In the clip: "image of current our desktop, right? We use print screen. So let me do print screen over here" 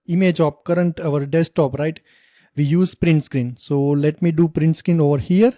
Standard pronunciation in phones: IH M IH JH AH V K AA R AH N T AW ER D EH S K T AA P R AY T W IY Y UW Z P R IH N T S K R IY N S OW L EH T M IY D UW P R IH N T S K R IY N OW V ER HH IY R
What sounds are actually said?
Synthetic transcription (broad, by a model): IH M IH JH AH P K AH R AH N T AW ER D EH S T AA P R AY T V IY Y UW Z P R IH N T S K R IY N S OW L EH T M IY D UW P R IH N T S K R IY N OW V ER HH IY R